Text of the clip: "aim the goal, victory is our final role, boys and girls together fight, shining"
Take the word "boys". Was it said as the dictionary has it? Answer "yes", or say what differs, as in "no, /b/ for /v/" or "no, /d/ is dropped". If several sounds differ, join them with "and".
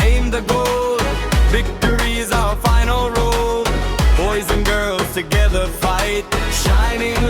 yes